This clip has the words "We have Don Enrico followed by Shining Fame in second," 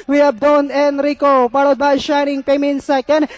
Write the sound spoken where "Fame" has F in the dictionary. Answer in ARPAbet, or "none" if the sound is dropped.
P